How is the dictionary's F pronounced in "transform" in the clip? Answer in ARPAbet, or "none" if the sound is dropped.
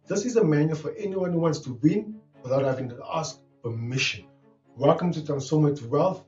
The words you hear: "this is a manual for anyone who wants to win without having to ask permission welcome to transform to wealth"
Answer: none